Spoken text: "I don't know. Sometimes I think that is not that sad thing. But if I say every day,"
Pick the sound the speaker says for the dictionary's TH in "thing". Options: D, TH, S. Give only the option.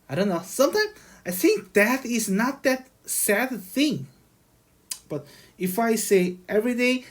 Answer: TH